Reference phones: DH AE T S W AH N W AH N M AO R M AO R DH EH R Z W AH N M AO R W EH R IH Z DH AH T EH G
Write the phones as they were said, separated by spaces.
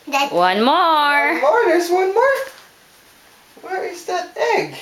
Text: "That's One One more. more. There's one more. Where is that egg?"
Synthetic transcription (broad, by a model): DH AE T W W AH N M AO R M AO R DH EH R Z W AH N M AO R W EH R IH Z DH AH T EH G